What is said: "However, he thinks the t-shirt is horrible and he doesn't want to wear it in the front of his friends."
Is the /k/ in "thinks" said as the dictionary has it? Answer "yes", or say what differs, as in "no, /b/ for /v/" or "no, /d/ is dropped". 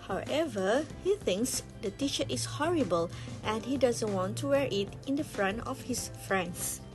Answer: yes